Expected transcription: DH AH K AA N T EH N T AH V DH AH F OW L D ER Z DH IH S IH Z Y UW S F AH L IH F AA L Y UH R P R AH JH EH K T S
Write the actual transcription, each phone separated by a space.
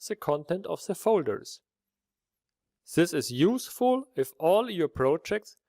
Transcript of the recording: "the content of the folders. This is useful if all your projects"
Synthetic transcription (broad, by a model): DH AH K AA N T EH N T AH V DH AH F OW L D ER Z DH IH S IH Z Y UW S F AH L IH F AA L Y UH R P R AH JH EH K T S